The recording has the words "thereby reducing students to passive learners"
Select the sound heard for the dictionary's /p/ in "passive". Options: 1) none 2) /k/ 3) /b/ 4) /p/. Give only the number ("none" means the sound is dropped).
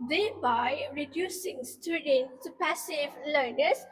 4